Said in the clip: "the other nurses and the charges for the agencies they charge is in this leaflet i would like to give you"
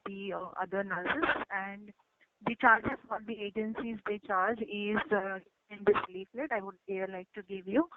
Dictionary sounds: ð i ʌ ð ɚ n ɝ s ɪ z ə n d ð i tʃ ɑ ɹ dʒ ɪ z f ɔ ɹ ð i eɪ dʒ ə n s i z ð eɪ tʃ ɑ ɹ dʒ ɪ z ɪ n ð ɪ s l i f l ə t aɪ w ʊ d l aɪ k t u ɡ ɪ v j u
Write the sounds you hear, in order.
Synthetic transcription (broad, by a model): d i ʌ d ɚ n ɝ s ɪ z ə n d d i tʃ ɑ ɹ dʒ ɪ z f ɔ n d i eɪ dʒ ə n s i z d eɪ tʃ ɑ ɹ dʒ ɪ z ɪ n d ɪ s l i f l ə t aɪ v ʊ d l aɪ k t u ɡ ɪ v j u